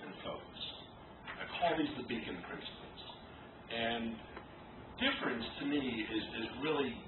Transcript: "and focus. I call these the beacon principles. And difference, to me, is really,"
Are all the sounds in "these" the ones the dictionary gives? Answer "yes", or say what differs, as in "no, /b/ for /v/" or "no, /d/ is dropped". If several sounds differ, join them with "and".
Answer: yes